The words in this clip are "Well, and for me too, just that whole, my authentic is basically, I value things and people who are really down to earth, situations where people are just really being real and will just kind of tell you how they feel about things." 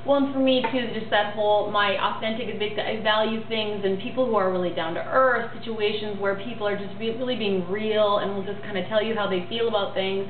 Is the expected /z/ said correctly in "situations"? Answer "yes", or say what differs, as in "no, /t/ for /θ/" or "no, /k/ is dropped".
yes